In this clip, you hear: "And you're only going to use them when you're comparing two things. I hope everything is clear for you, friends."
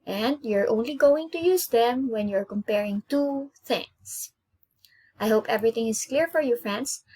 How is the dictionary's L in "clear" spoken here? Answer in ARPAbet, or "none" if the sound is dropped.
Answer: L